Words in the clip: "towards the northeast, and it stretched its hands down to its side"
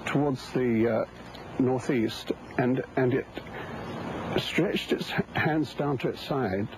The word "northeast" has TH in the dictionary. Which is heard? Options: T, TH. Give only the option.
TH